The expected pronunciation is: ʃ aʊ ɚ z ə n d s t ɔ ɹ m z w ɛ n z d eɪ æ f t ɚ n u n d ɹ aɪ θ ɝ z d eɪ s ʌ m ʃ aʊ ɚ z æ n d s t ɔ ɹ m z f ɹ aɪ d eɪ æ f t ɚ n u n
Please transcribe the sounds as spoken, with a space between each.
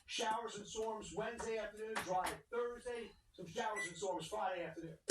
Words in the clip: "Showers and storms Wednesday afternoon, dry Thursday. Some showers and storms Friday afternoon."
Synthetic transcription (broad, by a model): ʃ aʊ ɚ z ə n s ɔ ɹ m z w ɛ n z d eɪ æ f t ɚ n u n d ɹ aɪ θ ɝ z d eɪ s ʌ m ʃ aʊ ɚ z n s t ɔ ɹ m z f ɹ aɪ d eɪ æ f t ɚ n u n